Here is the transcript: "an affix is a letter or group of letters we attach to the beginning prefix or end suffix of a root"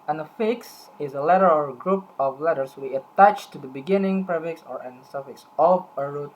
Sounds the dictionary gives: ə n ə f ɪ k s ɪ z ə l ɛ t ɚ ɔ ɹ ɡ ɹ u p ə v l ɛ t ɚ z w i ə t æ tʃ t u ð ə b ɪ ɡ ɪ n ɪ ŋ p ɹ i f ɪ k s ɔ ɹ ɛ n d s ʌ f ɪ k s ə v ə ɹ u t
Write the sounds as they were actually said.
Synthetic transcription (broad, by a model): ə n ə f ɪ k s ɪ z ə l ɛ t ɚ ɔ ɹ ɡ ɹ u p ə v l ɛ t ɚ s w i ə t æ tʃ t u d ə b ɪ ɡ ɪ n ɪ ŋ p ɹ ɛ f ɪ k s ɔ ɹ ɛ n s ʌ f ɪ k s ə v ə ɹ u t